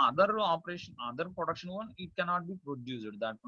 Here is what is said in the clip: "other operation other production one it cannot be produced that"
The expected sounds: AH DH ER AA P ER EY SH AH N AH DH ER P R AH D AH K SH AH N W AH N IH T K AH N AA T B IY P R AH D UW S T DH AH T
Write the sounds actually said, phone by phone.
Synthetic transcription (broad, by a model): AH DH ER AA P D EY SH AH N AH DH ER P R AH D AH K SH AH N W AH N IH T K AH N AA T B IY P R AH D UW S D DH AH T